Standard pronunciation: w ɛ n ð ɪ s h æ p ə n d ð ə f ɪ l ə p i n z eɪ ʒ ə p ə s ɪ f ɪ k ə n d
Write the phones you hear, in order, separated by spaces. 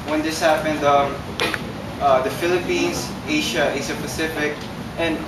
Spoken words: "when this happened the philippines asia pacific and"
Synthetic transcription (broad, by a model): w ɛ n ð ɪ s h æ p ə n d ð ə f ɪ l ə p i n z eɪ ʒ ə p ə s ɪ f ɪ k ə n